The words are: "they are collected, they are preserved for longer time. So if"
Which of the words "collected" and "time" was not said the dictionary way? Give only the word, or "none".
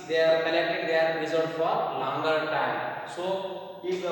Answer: collected